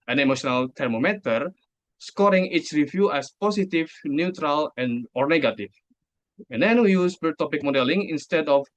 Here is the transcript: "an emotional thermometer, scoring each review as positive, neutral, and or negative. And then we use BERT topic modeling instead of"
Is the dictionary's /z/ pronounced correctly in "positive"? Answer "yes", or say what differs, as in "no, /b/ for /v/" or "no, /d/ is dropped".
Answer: no, /s/ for /z/